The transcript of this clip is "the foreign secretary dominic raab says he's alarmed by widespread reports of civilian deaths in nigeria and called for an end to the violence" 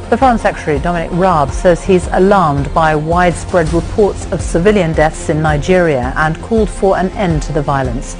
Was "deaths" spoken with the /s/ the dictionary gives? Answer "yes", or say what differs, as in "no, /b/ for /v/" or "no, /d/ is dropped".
yes